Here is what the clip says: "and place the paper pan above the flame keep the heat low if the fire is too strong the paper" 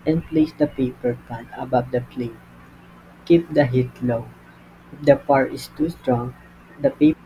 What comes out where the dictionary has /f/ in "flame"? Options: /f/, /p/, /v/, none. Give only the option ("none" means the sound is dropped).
/p/